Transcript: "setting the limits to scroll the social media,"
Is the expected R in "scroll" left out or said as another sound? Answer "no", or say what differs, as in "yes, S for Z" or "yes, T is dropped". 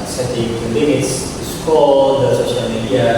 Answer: yes, R is dropped